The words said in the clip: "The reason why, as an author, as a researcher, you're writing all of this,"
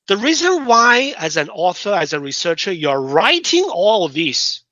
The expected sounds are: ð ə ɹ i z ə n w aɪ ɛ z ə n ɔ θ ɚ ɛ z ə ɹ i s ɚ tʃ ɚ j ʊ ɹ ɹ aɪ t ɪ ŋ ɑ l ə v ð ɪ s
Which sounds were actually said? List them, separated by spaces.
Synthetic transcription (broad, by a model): ð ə ɹ i z ə n w aɪ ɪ z ə n ɔ θ ɚ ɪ z ə ɹ i s ɚ tʃ ɚ j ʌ ɹ ɹ aɪ t ɪ ŋ ɑ l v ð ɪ s